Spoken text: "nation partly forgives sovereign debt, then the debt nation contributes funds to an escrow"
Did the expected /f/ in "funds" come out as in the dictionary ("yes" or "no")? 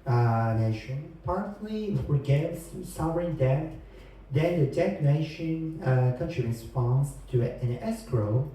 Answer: no